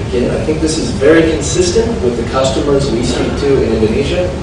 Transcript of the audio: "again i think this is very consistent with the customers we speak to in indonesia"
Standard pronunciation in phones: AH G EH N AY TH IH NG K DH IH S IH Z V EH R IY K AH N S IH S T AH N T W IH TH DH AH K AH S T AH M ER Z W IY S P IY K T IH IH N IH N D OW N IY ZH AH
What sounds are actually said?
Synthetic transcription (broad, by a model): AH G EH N AY TH IH NG K DH IH S IH Z V EH R IY K AH N S IH S T AH N T W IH DH AH K AH S T AH M ER Z W IY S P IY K T IH IH N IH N D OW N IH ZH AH